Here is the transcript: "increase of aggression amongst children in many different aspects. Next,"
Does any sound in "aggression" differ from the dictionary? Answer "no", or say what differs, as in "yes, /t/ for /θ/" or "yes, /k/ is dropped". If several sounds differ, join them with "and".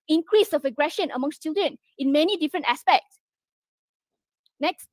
no